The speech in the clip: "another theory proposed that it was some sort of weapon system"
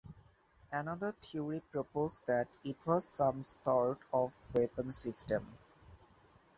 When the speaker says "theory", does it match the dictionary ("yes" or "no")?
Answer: no